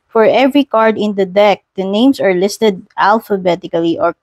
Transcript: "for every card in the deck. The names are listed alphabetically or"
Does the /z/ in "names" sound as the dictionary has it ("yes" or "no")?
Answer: no